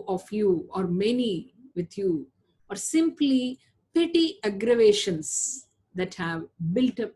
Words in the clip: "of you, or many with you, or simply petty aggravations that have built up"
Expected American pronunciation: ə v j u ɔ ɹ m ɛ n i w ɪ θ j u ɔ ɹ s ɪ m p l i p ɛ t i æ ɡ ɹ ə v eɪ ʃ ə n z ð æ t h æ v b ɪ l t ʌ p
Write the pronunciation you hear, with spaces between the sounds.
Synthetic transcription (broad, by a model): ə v j u ɔ ɹ m ɛ n i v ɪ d j u ɔ ɹ s ɪ m p l i p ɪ t i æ ɡ ɹ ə v eɪ ʃ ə n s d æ t h æ v b ɪ l t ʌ p